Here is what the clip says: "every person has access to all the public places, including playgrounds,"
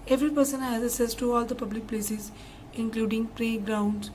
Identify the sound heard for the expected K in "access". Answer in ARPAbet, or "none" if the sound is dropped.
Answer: none